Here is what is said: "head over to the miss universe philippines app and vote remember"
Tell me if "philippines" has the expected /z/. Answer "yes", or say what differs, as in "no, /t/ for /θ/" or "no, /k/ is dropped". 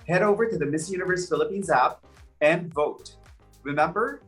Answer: yes